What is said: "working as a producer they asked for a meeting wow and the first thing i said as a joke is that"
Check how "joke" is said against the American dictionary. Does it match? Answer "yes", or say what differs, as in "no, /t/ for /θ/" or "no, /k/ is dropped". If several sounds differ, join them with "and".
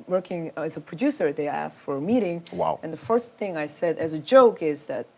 yes